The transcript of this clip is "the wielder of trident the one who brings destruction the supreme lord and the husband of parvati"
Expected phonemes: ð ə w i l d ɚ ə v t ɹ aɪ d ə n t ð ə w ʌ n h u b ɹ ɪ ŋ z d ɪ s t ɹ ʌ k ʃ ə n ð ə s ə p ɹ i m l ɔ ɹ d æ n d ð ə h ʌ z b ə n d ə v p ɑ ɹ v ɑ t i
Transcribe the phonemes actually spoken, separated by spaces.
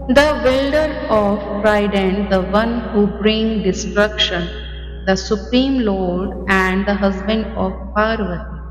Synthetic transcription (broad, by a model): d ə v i l d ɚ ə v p ɹ aɪ d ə n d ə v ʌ n h u b ɹ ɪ ŋ d ɪ s t ɹ ʌ k ʃ ə n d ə s ə p ɹ i m l ɔ ɹ d æ n d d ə h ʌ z b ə n d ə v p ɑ ɹ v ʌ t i